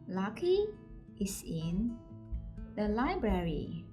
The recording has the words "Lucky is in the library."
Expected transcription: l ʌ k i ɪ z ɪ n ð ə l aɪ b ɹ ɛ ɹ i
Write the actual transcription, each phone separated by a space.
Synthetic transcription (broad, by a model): l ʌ k i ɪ s ɪ n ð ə l aɪ b ɹ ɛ ɹ i